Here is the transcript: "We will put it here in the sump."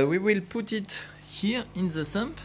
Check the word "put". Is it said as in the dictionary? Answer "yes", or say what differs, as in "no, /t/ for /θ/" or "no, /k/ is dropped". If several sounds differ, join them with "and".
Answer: yes